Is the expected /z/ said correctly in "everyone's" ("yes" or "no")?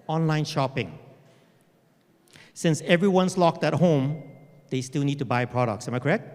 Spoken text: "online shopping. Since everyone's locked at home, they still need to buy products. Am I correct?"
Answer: no